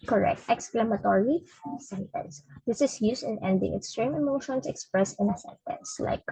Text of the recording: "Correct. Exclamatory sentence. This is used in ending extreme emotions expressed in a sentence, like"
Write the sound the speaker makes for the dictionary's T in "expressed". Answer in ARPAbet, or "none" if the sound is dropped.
none